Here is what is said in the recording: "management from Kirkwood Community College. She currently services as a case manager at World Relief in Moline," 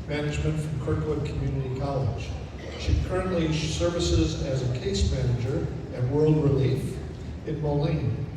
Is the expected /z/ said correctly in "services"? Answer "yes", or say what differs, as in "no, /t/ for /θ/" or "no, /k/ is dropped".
yes